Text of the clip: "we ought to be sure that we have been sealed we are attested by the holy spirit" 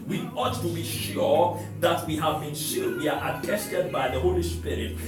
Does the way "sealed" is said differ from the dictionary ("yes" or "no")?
yes